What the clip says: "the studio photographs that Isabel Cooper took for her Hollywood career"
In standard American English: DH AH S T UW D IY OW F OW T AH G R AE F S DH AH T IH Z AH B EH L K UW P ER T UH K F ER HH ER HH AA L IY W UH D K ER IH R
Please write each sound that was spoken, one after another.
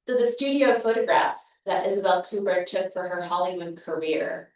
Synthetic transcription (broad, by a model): DH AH S T UW D IY OW F OW T AH G R AE F S DH AH T IH Z AH B EH L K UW B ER T UH K F ER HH ER HH AA L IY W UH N K ER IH R